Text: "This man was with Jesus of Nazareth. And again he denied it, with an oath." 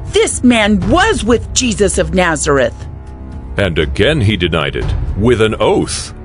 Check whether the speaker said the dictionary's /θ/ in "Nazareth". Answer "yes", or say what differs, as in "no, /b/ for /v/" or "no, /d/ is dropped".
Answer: yes